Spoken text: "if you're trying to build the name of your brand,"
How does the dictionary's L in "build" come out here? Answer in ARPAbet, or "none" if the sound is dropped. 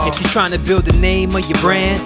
L